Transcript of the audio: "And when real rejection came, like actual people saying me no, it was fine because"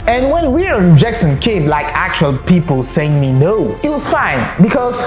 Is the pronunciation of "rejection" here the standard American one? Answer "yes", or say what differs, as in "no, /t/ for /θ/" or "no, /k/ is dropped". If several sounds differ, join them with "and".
no, /s/ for /ʃ/